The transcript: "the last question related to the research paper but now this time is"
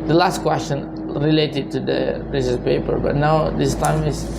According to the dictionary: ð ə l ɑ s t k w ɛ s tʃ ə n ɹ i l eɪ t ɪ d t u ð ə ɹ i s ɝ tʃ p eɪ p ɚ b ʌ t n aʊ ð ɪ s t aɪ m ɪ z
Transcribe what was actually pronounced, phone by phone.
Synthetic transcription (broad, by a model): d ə l ɑ s t k w ɛ s tʃ ə n ɹ i l eɪ t ɪ d t u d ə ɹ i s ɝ s p eɪ p ɚ b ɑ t n aʊ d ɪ s t aɪ m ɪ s